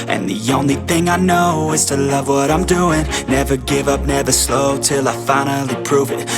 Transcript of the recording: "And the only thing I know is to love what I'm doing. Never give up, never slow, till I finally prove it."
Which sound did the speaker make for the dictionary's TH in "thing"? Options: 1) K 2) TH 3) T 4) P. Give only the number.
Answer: 2